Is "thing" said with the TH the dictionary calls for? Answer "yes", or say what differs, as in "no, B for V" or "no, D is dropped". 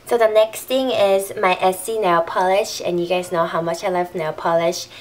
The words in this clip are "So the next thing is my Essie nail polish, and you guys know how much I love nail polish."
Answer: no, T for TH